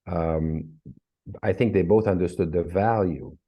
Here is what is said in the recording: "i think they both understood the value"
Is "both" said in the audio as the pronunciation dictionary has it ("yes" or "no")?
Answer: yes